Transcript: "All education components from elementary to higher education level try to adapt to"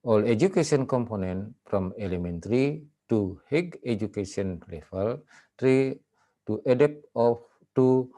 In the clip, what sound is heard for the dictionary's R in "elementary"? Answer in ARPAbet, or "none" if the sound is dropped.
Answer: R